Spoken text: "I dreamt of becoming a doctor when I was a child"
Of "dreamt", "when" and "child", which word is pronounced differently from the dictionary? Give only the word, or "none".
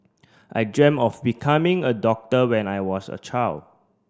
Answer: dreamt